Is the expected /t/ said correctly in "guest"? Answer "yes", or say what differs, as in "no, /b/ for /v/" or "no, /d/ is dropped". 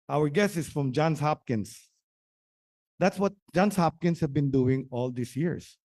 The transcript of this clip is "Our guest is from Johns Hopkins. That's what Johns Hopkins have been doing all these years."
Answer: no, /t/ is dropped